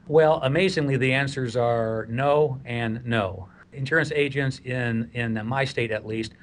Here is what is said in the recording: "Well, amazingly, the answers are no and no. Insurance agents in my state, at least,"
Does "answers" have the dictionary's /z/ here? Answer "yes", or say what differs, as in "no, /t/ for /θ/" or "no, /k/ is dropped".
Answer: yes